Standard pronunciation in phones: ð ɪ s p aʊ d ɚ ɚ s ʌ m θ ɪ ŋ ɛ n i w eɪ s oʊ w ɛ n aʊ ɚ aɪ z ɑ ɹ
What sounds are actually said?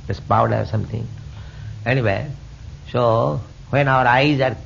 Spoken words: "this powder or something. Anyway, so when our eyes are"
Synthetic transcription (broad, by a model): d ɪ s p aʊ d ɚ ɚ s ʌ m t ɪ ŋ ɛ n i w eɪ s oʊ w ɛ n aʊ ɚ aɪ z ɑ ɹ